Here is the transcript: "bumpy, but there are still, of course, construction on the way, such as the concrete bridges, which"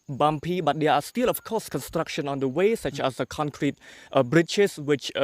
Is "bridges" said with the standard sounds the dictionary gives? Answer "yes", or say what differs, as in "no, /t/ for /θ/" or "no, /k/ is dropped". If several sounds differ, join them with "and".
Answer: no, /tʃ/ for /dʒ/